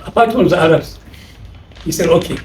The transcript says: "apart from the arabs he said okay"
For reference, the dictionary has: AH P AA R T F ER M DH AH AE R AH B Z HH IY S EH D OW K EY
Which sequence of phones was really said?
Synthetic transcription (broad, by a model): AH P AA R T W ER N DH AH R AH Z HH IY S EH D OW K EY